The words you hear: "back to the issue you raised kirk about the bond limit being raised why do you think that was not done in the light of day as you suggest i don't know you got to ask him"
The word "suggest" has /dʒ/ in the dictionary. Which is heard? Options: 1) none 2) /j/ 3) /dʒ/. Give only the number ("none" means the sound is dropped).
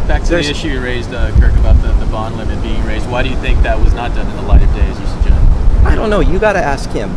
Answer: 3